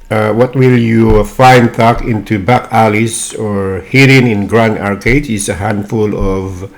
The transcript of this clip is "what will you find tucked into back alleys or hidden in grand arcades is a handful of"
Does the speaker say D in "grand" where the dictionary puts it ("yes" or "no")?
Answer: no